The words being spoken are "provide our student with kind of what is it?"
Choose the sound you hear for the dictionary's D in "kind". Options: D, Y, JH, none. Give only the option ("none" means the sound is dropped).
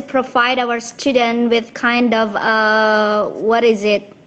D